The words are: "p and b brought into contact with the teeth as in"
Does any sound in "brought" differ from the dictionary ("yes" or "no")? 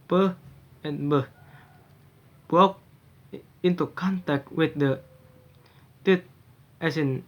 yes